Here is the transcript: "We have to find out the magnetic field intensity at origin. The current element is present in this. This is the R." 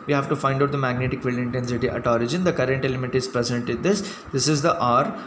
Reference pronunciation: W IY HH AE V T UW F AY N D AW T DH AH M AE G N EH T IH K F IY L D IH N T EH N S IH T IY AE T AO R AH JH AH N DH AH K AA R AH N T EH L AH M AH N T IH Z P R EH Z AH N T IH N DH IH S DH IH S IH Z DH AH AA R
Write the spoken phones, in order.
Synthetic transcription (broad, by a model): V IY HH AE V T UW F AY N D AW T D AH M AE G N EH T IH K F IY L IH N T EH N S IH T IY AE T AO R AH JH AH N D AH K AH R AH N T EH L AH M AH T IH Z P R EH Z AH N T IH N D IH S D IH S IH Z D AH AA R